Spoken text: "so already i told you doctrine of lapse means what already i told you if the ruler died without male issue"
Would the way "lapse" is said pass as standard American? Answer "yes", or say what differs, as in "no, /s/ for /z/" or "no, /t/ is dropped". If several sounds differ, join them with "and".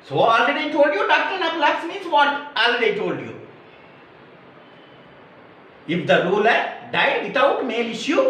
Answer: no, /p/ is dropped